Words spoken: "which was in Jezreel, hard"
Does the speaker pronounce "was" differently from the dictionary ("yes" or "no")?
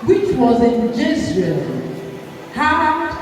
no